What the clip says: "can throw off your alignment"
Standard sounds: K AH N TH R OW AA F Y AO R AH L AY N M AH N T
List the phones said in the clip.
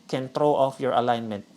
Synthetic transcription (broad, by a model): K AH N T R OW AA F Y AO R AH L AY N M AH N T